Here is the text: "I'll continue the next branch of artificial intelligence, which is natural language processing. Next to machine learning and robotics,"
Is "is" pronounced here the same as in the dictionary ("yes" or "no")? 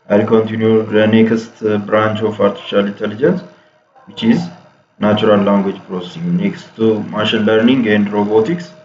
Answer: yes